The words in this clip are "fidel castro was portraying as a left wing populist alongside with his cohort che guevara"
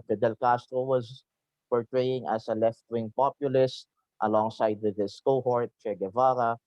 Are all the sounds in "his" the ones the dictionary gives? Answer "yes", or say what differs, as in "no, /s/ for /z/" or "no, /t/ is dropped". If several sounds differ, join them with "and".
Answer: no, /s/ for /z/